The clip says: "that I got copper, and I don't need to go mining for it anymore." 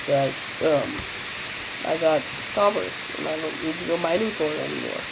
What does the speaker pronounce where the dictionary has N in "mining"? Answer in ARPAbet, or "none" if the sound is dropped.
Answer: L